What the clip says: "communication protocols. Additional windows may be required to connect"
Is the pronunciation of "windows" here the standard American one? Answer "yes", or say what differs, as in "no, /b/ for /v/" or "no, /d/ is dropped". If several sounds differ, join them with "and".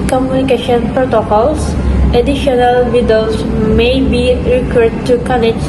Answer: no, /n/ is dropped